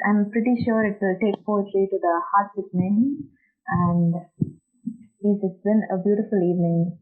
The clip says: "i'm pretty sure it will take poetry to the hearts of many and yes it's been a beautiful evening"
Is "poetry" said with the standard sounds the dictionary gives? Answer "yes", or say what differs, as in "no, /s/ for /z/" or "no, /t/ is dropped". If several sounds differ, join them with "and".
no, /l/ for /ɹ/